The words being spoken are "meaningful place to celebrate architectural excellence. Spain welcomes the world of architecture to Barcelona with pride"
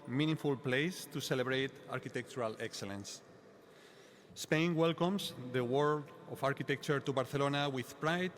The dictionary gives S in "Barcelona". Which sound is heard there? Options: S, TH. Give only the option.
TH